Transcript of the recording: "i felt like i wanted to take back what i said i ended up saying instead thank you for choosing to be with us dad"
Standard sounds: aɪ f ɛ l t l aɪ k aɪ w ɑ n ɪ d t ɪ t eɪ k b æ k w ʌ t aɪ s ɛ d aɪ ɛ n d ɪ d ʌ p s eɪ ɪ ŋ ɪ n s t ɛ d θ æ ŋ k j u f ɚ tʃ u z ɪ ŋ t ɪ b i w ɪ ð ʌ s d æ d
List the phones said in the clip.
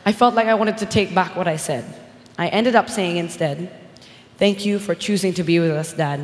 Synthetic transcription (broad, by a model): aɪ f ɛ l t l aɪ k aɪ w ɑ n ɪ d t ɪ t eɪ k b æ k w ʌ t aɪ s ɛ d aɪ ɛ n d ɪ d ʌ p s eɪ ɪ ŋ ɪ n s t ɛ d θ æ ŋ k j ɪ f ɚ tʃ u z ɪ ŋ t ɪ b i w ɪ ð ʌ s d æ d